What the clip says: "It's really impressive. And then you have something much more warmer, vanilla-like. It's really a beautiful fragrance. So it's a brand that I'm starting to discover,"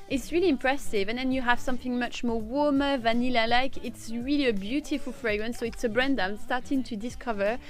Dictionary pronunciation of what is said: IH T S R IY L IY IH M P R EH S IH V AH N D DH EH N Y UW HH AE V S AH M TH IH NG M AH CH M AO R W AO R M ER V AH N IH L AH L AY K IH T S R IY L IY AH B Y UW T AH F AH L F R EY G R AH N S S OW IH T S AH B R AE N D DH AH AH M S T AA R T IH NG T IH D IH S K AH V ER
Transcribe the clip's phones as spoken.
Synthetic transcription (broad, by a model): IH T S R IY L IY IH M P R EH S IH V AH N DH EH N Y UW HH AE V S AH M TH IH NG M AH CH M AO R W AO R M ER V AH N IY L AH L AY K IH T S R IY L IY AH B Y UW T AH F AH L F R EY G R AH N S S OW IH T S AH B R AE N D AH AH M S T AA R T IH NG T IH D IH S K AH V ER